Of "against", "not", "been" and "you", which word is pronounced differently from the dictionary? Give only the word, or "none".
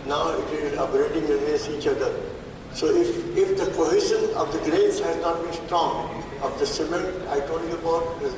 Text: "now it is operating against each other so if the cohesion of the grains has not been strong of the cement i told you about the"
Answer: against